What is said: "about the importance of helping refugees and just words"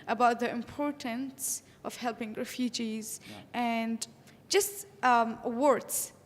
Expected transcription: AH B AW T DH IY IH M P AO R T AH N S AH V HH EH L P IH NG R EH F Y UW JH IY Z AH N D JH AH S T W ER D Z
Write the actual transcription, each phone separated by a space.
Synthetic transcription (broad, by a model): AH B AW T DH IY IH M P AO R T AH N S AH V HH EH L P IH NG R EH F Y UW JH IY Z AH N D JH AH S T W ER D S